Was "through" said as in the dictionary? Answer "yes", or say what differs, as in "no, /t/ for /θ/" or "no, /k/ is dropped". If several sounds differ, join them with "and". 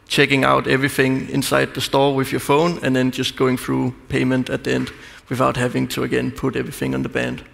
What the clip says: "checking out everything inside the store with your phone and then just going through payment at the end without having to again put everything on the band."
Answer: yes